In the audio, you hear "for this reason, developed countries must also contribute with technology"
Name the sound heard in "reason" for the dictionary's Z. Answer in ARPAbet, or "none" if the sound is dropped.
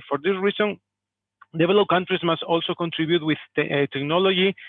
S